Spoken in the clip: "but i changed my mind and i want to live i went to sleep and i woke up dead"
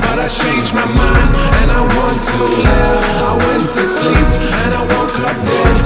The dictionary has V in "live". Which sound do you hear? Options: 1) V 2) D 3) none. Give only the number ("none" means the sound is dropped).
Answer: 3